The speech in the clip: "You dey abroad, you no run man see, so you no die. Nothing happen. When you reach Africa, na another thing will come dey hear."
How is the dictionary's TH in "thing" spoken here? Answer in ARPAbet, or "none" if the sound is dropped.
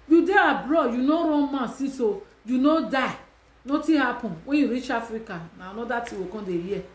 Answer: T